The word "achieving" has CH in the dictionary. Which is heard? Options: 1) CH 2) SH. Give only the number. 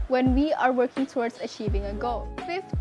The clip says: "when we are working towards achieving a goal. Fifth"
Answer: 1